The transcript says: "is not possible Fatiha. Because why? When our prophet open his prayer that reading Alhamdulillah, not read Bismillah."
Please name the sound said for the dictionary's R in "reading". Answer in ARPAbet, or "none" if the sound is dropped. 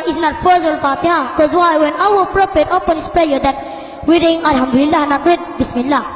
W